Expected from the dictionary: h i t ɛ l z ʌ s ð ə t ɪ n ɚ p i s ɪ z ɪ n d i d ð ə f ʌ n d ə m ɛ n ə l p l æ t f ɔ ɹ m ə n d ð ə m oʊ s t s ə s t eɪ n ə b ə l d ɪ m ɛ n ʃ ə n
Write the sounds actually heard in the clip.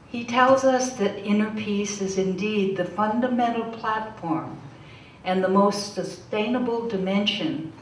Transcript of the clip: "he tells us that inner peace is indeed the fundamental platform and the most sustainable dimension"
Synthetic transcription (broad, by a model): h i t ɛ l z ʌ s ð ə t ɪ n ɚ p i s ɪ z ɪ n d i d ð ə f ʌ n d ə m ɛ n l p l æ t f ɔ ɹ m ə n ð ə m oʊ s t s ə s t eɪ n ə b l d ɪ m ɛ n ʃ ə n